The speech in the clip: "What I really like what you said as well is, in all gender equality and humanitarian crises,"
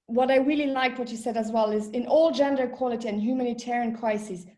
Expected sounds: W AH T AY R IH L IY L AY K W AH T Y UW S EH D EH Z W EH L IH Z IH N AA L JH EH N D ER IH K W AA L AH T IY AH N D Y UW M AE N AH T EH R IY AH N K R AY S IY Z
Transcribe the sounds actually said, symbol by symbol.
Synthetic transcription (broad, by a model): W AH T AY R IH L IY L AY K W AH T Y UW S EH D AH Z W EH L IH Z IH N AA L JH EH N D ER K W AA L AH T IY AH N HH Y UW M AE N AH T EH R IY AH N K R AY S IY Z